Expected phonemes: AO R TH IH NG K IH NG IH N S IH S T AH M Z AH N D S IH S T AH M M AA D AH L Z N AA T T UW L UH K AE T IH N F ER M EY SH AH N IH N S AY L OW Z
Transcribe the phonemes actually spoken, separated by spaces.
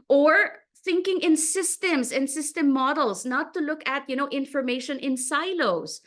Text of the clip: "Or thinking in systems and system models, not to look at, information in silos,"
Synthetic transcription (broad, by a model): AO R TH IH NG K IH NG IH N S IH S T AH M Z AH N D S IH S T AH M M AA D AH L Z N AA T T UW L UH K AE T IH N F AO M EY SH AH N IH N S AY L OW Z